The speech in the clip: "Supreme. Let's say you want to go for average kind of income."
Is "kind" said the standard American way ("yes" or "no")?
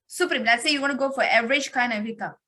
no